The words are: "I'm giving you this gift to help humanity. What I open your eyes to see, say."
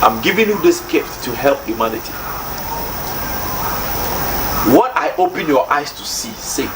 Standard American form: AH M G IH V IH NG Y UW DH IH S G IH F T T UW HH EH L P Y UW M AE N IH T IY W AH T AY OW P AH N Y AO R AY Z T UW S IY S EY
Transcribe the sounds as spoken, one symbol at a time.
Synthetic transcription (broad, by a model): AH M G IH V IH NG Y UW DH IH S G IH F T T UW HH EH L P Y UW M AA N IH T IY W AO T AY OW P AH N Y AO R AY S T UW S IY S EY